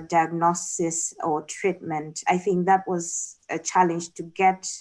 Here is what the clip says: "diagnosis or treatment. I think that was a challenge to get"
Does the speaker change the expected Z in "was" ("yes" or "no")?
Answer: no